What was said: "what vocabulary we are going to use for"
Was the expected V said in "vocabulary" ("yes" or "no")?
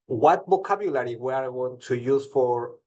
no